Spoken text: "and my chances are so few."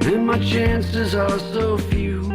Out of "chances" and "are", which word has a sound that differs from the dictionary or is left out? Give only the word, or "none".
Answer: are